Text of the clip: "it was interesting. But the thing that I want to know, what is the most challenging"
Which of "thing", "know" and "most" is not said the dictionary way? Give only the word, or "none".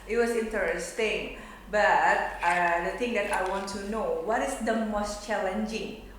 thing